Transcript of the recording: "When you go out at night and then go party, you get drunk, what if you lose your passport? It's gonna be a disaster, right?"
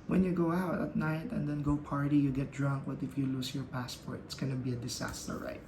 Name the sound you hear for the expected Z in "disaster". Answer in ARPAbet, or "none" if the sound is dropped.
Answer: S